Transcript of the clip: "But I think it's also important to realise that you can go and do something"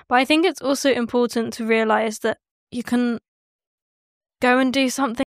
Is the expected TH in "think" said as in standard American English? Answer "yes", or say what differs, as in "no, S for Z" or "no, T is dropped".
yes